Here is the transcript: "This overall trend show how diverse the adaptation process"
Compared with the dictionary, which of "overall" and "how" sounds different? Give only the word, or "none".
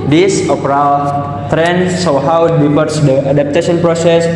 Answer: overall